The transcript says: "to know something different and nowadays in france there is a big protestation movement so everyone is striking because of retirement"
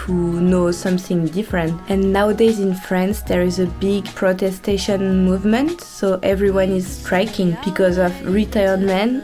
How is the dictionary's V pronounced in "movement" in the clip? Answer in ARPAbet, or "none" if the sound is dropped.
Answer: V